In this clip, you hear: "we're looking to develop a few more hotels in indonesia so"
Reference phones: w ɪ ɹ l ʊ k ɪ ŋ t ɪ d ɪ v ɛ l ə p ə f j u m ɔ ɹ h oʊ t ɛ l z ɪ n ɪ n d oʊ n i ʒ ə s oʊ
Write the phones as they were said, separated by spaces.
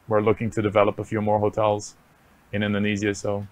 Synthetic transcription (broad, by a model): w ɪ ɹ l ʊ k ɪ ŋ t ɪ d ɪ v ɛ l ə p ə f j u m ɔ ɹ h oʊ t ɛ l z ɪ n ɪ n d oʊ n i z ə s oʊ